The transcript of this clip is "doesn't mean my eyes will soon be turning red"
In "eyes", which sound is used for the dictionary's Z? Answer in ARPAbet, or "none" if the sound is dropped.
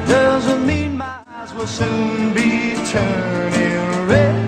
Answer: Z